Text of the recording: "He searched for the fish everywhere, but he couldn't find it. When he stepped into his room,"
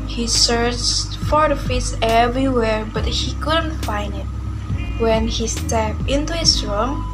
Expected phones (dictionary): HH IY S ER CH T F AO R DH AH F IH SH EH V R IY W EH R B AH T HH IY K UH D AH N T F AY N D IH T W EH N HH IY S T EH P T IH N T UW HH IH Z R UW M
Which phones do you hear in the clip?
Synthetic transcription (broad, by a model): HH IY S ER CH T F AO R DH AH F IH S EH V R IY W EH R B AH T HH IY K UH D AH N T F AY N D IH T W EH N HH IY S T EH P T IH N T UW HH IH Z R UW M